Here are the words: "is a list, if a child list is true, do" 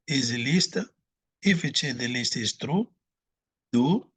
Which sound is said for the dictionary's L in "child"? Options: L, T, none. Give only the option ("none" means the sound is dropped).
none